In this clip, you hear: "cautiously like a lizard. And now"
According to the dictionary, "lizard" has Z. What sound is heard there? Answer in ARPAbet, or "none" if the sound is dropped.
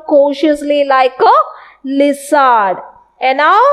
S